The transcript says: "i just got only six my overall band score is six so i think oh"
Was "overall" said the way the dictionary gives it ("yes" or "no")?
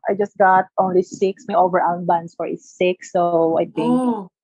no